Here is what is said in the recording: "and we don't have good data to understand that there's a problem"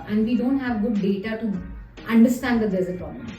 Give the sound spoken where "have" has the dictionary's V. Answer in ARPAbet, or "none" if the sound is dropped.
V